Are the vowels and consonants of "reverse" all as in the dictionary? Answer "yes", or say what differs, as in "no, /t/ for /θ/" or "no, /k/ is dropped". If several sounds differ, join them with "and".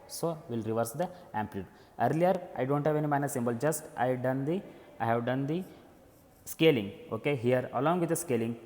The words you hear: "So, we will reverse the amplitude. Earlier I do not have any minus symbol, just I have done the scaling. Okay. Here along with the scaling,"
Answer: yes